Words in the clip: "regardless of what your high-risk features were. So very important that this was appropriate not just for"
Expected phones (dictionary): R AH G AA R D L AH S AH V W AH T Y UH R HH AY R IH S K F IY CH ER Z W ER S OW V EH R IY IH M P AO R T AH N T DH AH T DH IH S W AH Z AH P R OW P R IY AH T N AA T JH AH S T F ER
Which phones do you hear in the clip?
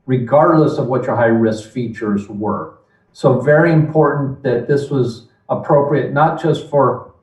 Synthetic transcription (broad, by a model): R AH G AA R D L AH S AH V W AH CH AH R HH AY R IH S K F IY CH ER Z W ER S OW V EH R IY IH M P AO R T N DH AH T DH IH S W AH Z AH P R OW P R IY AH T N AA T JH AH S T F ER